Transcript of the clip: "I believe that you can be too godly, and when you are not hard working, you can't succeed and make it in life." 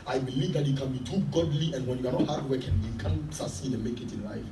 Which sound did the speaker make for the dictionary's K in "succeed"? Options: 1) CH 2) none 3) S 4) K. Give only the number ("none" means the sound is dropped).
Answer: 2